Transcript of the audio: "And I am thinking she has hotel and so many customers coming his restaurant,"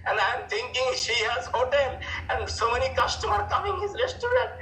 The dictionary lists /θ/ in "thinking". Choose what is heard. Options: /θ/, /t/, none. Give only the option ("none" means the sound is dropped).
/t/